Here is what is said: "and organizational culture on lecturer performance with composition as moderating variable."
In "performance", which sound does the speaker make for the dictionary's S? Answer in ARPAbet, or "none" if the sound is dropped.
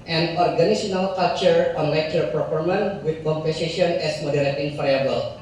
none